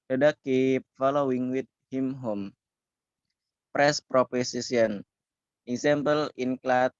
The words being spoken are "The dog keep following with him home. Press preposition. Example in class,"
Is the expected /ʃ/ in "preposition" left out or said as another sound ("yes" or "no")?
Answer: yes